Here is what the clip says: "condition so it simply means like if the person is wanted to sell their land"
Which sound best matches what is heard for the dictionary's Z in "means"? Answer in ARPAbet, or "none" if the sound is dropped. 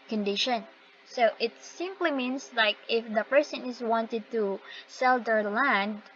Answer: S